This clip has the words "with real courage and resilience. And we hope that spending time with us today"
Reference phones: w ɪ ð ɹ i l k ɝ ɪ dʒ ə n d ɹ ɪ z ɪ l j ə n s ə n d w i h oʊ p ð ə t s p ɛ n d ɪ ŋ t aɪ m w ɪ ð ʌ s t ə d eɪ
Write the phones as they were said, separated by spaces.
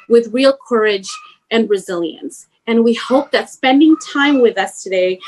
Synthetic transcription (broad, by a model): w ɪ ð ɹ i l k ɝ ɪ dʒ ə n ɹ ɪ z ɪ l j ə n s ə n w i h oʊ p ð ə t s p ɛ n d ɪ ŋ t aɪ m w ɪ ð ʌ s t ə d eɪ